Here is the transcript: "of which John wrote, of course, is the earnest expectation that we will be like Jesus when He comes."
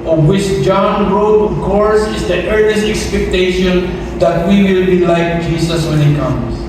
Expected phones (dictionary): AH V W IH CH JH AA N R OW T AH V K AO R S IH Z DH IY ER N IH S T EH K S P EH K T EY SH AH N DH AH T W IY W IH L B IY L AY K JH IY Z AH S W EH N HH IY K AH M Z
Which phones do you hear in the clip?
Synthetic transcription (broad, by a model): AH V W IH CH JH AA N R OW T AH V K AO R S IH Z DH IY ER N IH S T EH K S P EH K T EY SH AH N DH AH T W IY W IH L B IY L AY K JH IY S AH S W EH N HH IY K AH M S